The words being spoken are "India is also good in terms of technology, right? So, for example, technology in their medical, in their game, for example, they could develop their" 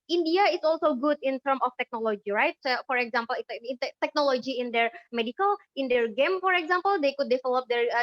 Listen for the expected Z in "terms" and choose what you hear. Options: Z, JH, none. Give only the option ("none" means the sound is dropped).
none